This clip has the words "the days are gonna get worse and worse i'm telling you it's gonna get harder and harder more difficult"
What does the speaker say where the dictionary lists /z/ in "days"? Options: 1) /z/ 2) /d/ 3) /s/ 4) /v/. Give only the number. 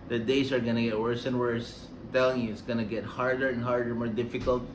3